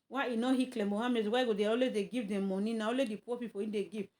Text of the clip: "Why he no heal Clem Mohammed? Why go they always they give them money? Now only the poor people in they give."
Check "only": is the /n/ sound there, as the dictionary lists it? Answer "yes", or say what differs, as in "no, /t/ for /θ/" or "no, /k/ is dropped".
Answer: no, /n/ is dropped